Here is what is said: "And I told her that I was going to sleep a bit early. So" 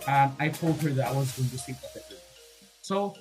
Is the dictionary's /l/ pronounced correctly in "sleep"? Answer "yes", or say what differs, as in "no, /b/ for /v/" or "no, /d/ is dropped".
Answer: no, /l/ is dropped